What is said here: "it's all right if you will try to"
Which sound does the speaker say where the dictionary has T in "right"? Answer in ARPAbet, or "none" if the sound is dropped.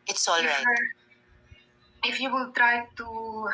none